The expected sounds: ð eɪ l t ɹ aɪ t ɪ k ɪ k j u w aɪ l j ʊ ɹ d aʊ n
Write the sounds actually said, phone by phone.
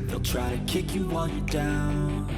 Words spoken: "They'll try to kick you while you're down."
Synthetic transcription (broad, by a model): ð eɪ l t ɹ aɪ t ɪ k ɪ k j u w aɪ n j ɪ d aʊ n